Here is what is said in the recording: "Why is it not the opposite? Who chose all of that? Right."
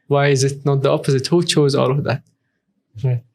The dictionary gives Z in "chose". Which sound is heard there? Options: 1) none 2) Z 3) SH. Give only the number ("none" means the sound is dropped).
2